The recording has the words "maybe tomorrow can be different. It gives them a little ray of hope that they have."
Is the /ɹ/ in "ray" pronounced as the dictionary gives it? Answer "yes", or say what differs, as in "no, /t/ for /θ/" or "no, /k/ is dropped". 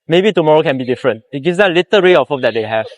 yes